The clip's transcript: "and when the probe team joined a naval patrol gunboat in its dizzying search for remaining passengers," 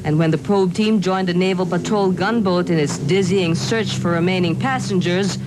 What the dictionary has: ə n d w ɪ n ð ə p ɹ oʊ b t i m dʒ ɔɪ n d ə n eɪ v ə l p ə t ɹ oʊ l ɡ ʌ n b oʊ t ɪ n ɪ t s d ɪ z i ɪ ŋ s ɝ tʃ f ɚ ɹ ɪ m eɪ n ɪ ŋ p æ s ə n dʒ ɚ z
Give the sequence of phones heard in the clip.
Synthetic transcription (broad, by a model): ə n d w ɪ n ð ə p ɹ oʊ b t i m dʒ ɔɪ n d ə n eɪ v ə l p ə t ɹ oʊ l ɡ ʌ n b oʊ t ɪ n ɪ t s d ɪ z i ɪ ŋ s ɝ tʃ f ɚ ɹ ɪ m eɪ n ɪ ŋ p æ s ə n dʒ ɚ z